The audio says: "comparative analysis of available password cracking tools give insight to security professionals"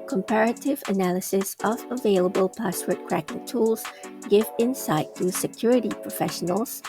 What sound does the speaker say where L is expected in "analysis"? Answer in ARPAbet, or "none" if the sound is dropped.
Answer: L